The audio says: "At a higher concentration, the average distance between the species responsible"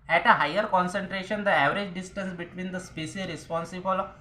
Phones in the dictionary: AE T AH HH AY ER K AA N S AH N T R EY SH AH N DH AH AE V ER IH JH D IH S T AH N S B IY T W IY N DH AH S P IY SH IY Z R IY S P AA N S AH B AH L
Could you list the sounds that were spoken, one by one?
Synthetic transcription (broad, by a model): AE T AH HH AY ER K AA N S AH N T R EY SH AH N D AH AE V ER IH JH D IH S T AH N S B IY T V IY N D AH S P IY S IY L R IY S P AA N S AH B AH L